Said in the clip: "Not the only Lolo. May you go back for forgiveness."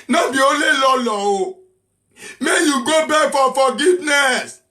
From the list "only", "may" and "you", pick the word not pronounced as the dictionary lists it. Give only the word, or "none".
only